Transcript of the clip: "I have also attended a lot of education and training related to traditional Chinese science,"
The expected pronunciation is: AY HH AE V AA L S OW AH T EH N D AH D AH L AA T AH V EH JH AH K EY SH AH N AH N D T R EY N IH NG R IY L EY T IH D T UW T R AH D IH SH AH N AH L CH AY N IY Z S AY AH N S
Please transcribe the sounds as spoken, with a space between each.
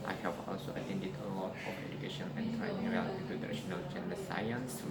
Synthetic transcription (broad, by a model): AY HH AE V AA L S OW AH T EH N D AH D AH L AA T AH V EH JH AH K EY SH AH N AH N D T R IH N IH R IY AA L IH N T UW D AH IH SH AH N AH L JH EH N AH S AY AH N S